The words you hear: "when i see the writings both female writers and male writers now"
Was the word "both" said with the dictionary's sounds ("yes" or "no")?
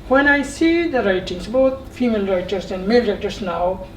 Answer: no